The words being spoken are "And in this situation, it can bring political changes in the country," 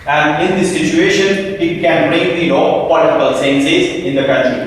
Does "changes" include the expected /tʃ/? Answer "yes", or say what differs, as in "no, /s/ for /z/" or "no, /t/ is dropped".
no, /s/ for /tʃ/